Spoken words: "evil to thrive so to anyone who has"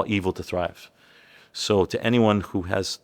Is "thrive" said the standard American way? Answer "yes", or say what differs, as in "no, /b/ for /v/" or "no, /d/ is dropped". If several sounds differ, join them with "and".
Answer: yes